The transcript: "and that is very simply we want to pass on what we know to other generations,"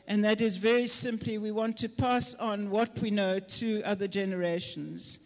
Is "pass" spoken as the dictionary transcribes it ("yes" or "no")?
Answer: yes